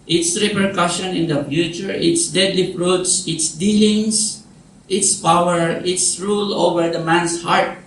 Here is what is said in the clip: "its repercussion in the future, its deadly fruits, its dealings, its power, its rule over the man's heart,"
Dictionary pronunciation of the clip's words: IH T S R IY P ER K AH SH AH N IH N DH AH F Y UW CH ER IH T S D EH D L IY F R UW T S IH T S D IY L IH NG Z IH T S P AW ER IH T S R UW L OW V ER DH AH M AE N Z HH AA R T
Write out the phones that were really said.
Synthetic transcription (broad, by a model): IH T S R IY P ER K AH SH AH N IH N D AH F Y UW CH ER IH T S D EH D L IY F R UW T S IH T S D IY L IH NG S IH T S P AW ER IH T S R UW L OW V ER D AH M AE N S HH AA R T